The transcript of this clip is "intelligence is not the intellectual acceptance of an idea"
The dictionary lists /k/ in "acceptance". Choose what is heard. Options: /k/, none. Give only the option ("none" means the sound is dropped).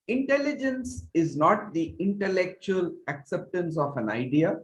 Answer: /k/